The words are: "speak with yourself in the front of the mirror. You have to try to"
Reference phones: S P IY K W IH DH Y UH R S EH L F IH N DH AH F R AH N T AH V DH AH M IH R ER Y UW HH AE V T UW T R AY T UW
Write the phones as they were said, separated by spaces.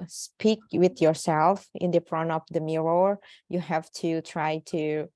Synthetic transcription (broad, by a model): S P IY K W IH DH Y UH R S EH L F IH N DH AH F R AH N AH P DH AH M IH R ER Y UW HH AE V T UW T R AY T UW